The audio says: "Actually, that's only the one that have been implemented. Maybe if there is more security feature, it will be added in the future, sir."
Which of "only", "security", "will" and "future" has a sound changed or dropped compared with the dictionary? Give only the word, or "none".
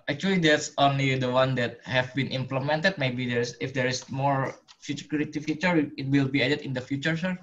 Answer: security